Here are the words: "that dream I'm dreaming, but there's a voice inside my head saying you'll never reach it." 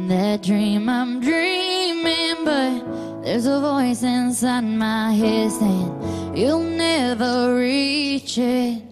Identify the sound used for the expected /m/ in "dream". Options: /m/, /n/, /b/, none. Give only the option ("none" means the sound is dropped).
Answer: /m/